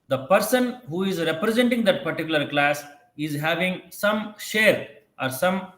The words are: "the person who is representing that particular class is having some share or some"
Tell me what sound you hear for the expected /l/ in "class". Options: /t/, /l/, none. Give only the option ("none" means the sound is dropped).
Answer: /l/